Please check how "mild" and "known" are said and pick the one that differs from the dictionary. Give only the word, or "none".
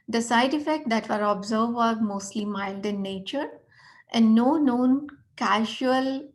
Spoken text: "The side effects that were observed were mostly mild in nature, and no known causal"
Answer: none